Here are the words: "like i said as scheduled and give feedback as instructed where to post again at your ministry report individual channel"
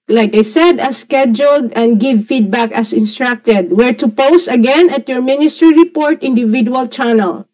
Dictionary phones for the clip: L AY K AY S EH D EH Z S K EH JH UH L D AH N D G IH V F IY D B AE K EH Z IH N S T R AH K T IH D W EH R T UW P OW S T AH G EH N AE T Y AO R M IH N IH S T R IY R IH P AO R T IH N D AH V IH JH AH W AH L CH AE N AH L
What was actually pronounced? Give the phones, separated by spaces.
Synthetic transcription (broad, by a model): L AY K AY S EH D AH S K EH JH UH L D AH N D G IH V F IY D B AE K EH S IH N S T R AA K T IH D W EH R T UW P OW S T AH G EH N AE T Y AO R M IH N IH S T R IY R IH P AO R T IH N D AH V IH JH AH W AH L CH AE N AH L